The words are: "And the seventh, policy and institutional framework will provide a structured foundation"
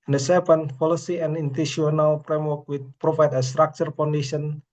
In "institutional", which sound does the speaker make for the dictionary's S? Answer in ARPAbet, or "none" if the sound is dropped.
none